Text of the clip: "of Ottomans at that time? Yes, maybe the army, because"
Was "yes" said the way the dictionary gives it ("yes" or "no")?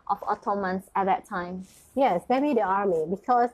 yes